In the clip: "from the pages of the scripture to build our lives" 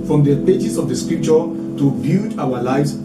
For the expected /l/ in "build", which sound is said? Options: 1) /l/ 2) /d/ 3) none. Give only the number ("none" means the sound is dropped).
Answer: 3